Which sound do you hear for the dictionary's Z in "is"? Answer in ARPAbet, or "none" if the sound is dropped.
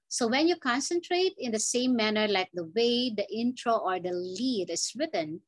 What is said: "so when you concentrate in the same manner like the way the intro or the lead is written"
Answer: S